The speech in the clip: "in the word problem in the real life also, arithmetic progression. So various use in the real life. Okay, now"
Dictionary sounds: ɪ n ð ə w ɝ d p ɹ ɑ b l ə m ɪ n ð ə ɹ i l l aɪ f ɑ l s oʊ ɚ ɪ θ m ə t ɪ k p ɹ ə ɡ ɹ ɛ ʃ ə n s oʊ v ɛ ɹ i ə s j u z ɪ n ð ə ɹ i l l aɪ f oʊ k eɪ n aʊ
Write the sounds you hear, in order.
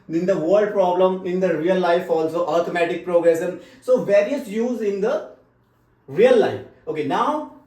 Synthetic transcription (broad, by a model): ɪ n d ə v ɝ d p ɹ ɑ b l ə m ɪ n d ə ɹ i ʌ l aɪ f ɑ l s oʊ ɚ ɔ t m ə t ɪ k p ɹ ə ɡ ɹ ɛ s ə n s oʊ v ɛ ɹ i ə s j u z ɪ n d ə ɹ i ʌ l aɪ f oʊ k eɪ n aʊ